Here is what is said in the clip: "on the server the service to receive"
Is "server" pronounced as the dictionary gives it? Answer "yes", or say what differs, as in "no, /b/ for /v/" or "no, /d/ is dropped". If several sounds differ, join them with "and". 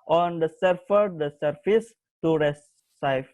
no, /f/ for /v/